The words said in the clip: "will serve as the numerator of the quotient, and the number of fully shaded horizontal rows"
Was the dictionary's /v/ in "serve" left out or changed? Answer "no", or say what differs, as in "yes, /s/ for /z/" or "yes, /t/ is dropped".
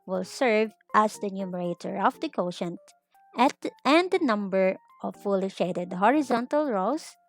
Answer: no